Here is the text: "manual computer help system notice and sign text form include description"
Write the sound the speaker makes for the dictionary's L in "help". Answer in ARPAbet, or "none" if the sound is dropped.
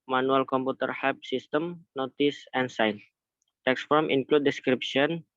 none